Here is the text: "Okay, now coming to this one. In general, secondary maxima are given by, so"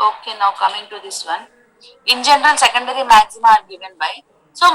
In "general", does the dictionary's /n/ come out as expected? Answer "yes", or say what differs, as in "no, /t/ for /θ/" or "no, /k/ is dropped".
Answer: yes